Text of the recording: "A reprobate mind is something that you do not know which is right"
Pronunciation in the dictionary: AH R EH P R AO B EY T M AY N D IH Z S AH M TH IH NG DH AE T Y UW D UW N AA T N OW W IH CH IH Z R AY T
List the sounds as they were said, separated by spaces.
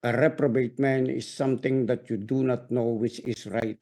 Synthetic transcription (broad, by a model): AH R EH P R AO B EY T M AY N IH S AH M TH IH NG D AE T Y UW D UW N AA T N OW W IH CH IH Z R AY T